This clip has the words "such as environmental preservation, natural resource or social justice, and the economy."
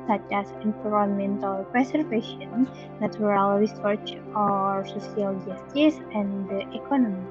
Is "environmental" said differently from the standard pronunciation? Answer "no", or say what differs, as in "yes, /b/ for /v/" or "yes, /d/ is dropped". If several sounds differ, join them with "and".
yes, /p/ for /v/